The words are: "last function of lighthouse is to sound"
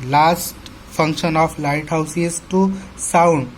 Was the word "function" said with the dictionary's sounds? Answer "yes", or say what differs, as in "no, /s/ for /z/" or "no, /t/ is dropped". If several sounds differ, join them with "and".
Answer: no, /p/ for /f/